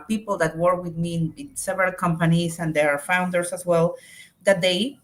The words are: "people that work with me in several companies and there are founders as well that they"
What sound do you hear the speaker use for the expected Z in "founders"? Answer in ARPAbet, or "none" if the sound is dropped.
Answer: S